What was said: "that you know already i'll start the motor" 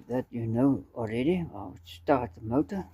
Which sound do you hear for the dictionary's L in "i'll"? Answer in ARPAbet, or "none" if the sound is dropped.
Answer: W